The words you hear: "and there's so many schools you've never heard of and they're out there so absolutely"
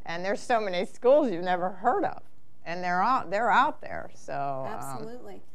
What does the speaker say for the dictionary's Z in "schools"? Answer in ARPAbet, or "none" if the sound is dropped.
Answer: Z